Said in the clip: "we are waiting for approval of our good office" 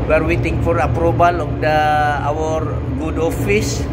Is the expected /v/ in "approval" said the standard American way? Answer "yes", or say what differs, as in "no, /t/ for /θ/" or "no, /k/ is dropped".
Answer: no, /b/ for /v/